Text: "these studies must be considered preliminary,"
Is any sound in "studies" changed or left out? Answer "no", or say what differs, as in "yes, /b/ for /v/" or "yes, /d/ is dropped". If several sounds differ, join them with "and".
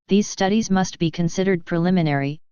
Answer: no